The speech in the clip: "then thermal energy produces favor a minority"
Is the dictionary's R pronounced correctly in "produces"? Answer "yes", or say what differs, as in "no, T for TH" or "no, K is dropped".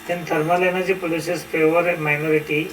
no, R is dropped